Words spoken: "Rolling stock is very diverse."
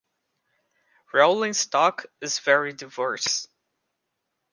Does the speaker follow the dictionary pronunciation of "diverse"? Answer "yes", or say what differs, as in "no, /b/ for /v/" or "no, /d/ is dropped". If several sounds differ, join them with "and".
yes